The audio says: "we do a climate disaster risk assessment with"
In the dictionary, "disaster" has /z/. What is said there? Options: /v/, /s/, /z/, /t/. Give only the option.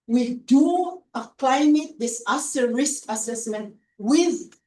/s/